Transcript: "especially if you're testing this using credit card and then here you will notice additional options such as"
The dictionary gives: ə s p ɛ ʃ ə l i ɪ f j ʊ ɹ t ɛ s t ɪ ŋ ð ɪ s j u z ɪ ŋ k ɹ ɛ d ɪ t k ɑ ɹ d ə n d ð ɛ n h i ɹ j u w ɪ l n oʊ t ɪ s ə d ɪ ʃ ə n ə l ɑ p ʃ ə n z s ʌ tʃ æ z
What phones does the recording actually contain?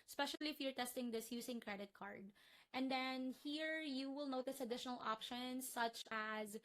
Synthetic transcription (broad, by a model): s p ɛ ʃ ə l i ɪ f j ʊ ɹ t ɛ s t ɪ ŋ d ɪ s j u s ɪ ŋ k ɹ ɛ d ɪ t k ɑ ɹ d ə n d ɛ n h i ɹ j u w ɪ l n oʊ t ɪ s ə d ɪ ʃ ə n ə l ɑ p ʃ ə n s ʌ tʃ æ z